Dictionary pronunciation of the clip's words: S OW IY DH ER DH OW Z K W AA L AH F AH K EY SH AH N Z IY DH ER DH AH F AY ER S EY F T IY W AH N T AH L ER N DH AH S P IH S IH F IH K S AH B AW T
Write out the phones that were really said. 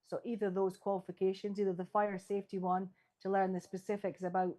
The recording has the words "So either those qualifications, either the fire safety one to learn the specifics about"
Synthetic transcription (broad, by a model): S OW IY DH ER DH OW Z K W AA L AH F AH K EY SH AH N Z IY DH ER DH AH F AY ER S EY F T IY W AH N T AH L ER N DH AH S P IH S IH F IH K S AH B AW T